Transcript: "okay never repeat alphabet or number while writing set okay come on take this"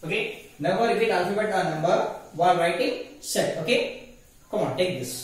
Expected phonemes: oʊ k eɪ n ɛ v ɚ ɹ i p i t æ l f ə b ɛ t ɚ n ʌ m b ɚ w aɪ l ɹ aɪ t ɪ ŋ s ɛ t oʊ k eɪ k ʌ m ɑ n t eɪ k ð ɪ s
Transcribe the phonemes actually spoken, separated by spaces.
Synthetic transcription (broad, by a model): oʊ k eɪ n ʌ b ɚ ɹ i f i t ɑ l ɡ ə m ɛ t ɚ n ʌ m b ɚ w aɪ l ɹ aɪ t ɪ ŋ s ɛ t oʊ k eɪ k ʌ m ɑ n t eɪ k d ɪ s